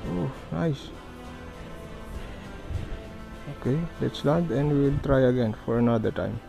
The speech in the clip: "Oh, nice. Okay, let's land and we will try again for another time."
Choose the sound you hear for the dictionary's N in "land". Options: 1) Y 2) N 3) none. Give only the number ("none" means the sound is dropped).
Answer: 3